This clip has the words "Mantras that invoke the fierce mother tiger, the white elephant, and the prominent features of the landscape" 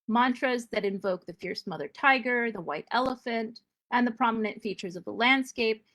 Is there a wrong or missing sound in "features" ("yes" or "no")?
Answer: no